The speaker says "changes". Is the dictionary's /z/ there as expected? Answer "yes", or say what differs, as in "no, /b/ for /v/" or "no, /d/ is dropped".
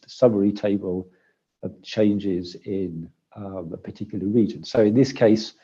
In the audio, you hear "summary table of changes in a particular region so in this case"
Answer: yes